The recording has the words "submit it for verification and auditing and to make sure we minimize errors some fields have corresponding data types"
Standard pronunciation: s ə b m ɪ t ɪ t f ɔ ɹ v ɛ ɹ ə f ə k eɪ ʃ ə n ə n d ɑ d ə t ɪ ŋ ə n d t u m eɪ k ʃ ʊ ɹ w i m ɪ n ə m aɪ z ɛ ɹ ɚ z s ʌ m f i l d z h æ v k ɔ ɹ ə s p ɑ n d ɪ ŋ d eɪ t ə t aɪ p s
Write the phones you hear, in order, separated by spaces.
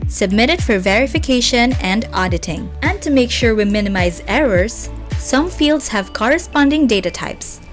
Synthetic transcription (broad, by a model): s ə b m ɪ t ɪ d f ɔ ɹ v ɛ ɹ ə f ə k eɪ ʃ ə n ə n d ɑ d ə t ɪ ŋ ə n d t u m eɪ k ʃ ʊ ɹ w i m ɪ n ə m aɪ z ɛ ɹ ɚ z s ʌ m f i l d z h æ v k ɔ ɹ ə s p ɑ n d ɪ ŋ d eɪ t ə t aɪ p s